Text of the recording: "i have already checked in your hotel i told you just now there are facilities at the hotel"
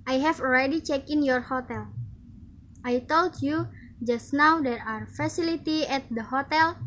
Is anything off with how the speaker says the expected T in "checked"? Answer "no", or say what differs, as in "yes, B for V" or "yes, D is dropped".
yes, T is dropped